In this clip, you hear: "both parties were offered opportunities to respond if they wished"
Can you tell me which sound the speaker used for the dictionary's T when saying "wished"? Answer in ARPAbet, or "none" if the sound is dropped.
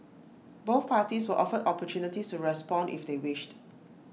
T